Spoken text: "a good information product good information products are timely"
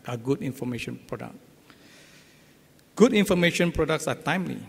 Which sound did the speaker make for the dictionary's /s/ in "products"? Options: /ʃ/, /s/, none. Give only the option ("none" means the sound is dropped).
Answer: /s/